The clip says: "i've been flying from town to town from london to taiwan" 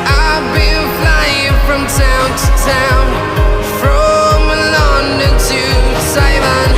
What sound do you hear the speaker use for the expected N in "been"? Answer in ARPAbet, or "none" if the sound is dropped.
L